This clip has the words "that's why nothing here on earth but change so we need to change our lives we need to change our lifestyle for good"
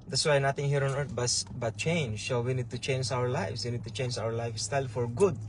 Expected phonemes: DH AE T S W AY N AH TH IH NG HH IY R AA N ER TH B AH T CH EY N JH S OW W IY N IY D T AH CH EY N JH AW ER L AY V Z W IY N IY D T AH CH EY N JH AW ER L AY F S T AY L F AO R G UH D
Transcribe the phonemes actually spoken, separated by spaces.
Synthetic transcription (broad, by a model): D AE T S W AY N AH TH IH NG HH IY R AA N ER S B AH T CH EY N JH S OW W IY N IY D T AH CH EY N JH AW ER L AY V S W IY N IY D T AH CH EY N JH AW ER L AY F S T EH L F AO R G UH D